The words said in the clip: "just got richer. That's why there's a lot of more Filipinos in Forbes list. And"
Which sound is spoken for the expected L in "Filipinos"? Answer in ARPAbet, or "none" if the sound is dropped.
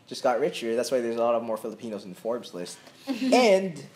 L